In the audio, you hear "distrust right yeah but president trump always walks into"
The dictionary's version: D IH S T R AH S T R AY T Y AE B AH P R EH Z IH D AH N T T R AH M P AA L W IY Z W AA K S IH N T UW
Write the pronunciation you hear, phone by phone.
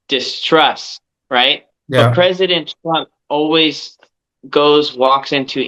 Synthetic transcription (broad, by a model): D IH S T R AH S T R AY T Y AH P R EH Z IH D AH N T T R AH M P AA L W IY Z W AA K S IH N T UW